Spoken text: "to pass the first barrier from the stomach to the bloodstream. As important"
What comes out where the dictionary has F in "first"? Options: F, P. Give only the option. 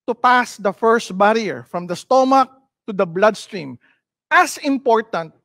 F